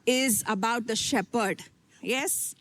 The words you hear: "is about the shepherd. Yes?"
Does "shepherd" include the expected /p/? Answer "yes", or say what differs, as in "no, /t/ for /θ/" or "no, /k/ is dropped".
yes